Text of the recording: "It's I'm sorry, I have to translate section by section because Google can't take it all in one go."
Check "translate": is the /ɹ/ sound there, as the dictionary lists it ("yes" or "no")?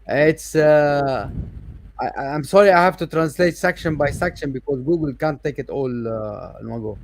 yes